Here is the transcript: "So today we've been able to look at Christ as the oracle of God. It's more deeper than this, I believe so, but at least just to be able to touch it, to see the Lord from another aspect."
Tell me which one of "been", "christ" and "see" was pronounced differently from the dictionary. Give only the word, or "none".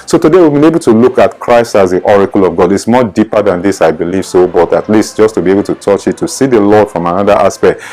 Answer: none